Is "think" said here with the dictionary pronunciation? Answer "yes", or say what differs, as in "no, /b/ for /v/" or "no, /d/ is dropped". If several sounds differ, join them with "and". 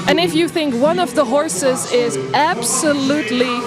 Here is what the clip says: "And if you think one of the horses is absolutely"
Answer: yes